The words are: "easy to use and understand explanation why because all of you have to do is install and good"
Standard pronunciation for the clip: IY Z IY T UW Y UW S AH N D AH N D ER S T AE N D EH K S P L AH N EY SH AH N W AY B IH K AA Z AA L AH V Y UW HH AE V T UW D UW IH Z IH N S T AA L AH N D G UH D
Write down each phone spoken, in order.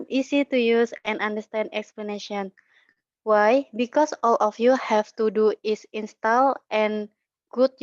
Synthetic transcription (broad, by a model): IY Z IY T UW Y UW S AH N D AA N D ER S T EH N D EH K S P L AH N EY SH AH N W AY B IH K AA S AA L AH F Y UW HH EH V T UW D UW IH S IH N S T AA L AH N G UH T